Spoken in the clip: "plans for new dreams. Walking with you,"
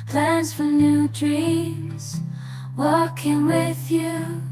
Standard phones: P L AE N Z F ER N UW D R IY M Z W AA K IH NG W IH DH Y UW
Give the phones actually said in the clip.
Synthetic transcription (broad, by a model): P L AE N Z F ER N UW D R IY Z W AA K IH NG W IH DH Y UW